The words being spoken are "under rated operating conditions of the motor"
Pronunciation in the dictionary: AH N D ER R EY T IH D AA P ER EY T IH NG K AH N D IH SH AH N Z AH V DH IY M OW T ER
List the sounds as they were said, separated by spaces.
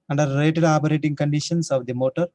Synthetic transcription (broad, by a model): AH N D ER L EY T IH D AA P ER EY T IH NG K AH N D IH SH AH N S AH V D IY M OW T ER